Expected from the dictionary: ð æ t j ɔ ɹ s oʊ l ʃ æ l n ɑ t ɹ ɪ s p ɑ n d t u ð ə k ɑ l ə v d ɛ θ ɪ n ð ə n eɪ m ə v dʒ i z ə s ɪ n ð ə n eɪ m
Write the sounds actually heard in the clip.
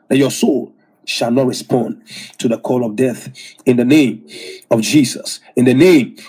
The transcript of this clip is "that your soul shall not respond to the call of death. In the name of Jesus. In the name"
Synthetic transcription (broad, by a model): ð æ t j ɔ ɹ s oʊ l ʃ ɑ l n ɑ t ɹ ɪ s p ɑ n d t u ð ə k ɑ l ə v d ɛ θ ɪ n ð ə n eɪ m ə v dʒ i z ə s ɪ n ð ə n eɪ m